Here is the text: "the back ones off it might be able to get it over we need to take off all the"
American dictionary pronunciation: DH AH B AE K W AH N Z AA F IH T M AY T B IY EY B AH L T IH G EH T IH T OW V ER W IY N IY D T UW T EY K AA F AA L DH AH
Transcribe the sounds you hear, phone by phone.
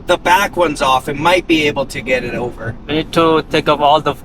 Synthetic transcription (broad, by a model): DH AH B AE K W AH N Z AA F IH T M AY T B IY EY B L T IH G EH T IH T OW V ER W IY N IY D T UW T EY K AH P AA L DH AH